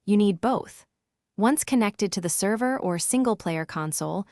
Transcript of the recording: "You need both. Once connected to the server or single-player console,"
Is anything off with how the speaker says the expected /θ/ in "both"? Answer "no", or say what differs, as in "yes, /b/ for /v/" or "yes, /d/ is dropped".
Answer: no